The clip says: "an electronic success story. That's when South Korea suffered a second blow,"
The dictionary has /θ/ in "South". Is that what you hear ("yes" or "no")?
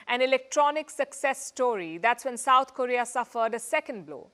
no